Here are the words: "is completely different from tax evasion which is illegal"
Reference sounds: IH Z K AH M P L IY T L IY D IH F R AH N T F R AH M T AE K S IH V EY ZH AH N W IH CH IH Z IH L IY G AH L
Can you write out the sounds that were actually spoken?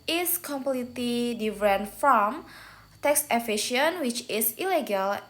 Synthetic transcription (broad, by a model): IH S K AH M P L IY T L IY D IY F R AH N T F R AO M T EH K S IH F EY SH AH N W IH CH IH S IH L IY G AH L